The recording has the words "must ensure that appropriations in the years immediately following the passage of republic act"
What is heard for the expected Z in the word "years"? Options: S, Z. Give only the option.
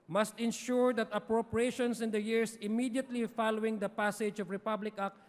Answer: S